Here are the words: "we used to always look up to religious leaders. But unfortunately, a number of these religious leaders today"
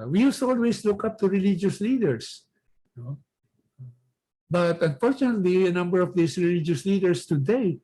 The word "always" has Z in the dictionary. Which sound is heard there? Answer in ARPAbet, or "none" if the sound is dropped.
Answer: S